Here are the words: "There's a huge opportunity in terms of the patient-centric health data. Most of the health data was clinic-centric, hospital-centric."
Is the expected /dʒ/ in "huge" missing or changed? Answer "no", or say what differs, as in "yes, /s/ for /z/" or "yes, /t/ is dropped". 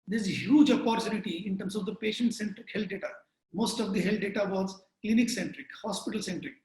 no